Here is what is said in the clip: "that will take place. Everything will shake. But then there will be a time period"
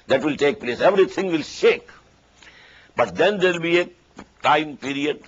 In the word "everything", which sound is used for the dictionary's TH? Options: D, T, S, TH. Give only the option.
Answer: T